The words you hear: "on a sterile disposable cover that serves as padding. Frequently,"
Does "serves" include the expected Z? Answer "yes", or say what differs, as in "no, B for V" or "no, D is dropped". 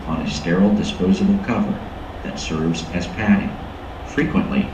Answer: yes